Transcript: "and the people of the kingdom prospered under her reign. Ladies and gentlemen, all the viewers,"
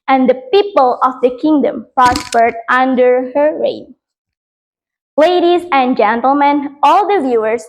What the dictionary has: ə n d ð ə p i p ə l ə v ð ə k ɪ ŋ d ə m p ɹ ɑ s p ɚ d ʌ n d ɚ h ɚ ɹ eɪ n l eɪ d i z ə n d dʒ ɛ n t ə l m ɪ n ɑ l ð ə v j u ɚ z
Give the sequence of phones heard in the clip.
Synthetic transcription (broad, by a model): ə n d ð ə p i p ə l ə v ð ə k ɪ ŋ d ə m p ɹ ɑ s p ɚ d ʌ n d ɚ h ɚ ɹ eɪ n l eɪ d i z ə n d dʒ ɛ n t ə l m ɪ n ɑ l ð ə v j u ɚ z